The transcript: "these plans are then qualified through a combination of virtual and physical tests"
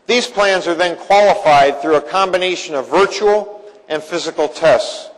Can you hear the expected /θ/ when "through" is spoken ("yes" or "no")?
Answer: yes